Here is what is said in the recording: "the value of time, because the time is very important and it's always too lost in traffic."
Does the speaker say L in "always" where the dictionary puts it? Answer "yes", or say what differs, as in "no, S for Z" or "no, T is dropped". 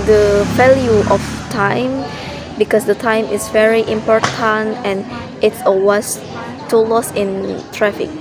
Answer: no, L is dropped